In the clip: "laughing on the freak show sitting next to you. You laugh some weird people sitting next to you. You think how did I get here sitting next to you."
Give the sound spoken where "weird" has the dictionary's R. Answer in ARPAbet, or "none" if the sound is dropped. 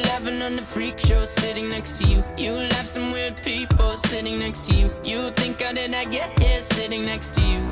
L